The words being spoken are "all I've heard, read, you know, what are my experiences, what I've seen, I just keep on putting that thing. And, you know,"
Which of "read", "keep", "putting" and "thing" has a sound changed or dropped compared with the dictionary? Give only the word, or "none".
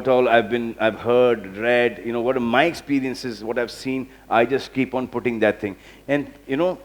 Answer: thing